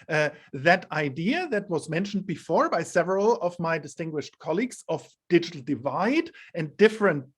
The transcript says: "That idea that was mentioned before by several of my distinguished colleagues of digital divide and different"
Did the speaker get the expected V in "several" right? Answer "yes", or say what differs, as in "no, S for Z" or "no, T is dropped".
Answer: yes